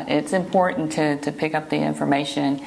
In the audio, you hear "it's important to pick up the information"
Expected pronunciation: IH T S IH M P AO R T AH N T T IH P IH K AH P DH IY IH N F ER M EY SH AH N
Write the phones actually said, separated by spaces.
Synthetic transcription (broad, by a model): IH T S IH M P AO R T N T T IH P IH K AH P DH IY IH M F ER M EY SH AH N